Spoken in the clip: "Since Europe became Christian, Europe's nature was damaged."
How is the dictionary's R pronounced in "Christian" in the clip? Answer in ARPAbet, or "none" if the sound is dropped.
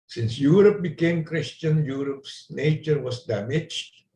R